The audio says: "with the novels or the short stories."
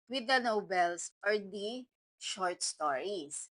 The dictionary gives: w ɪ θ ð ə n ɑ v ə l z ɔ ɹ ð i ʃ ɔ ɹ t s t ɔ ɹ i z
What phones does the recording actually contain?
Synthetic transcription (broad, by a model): w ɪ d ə n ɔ b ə l s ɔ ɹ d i ʃ ɔ ɹ t s t ɔ ɹ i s